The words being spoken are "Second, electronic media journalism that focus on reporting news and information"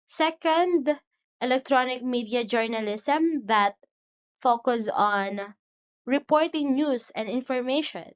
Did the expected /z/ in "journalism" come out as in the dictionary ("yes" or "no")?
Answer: no